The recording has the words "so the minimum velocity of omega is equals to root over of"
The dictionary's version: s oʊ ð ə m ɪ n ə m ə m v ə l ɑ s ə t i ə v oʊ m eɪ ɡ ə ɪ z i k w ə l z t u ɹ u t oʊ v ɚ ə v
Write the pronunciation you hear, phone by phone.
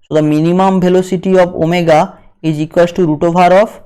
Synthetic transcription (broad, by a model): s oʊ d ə m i n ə m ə m b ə l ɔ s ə t i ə b oʊ m eɪ ɡ ə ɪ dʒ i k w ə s t u ɹ u t oʊ b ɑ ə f